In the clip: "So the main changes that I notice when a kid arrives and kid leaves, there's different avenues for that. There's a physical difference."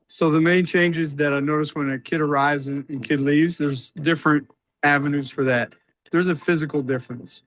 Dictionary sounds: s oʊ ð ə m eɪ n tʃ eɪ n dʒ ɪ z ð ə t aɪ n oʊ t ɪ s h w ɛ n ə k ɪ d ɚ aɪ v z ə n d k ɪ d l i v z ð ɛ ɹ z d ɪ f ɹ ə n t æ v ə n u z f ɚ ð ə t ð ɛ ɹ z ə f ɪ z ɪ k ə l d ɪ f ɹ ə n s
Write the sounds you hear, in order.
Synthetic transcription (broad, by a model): s oʊ ð ə m eɪ n tʃ eɪ n dʒ ɪ z ð ə t aɪ n oʊ t ɪ s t w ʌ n ə k ɪ d ɚ aɪ v z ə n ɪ k ɪ d l i v z ð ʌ ɹ z d ɪ f ɹ ə n t æ v ə n u z f ɚ ð ə t ð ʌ ɹ z ə f ɪ z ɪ k l d ɪ f ɹ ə n s